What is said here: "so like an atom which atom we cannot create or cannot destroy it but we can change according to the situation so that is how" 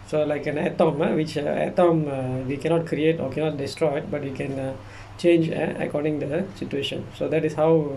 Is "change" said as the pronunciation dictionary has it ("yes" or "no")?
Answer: yes